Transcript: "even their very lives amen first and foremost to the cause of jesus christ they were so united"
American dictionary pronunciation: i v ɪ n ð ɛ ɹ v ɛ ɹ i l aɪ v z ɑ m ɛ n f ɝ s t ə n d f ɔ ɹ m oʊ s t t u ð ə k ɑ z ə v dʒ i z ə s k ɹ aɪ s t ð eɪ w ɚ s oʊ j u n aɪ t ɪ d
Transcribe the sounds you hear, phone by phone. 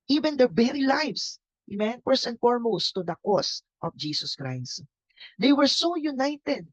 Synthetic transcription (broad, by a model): i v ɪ n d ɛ ɹ b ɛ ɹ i l aɪ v s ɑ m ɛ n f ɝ s ə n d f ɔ ɹ m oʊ s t t u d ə k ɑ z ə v dʒ i s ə s k ɹ aɪ s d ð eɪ w ɚ s oʊ j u n aɪ t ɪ d